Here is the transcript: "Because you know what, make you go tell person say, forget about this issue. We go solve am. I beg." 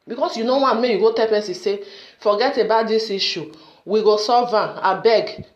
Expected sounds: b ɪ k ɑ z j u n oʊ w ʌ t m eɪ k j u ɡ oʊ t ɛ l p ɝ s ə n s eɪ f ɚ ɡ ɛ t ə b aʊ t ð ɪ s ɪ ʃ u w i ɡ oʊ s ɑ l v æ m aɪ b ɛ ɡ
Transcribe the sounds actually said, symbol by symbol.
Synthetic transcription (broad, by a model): b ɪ k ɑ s j u n oʊ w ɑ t m eɪ k j u ɡ oʊ t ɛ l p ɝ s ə s eɪ f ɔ ɡ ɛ t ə b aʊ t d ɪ s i ʃ u w i ɡ oʊ s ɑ v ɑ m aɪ b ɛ ɡ